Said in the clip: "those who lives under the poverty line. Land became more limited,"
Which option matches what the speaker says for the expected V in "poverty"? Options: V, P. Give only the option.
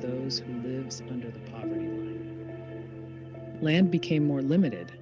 V